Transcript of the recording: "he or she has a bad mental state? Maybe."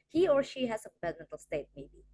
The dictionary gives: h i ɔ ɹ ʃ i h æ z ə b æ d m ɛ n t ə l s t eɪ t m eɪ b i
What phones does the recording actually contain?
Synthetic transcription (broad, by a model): h i ɔ ɹ ʃ i h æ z ə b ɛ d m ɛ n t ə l s t eɪ t m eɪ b i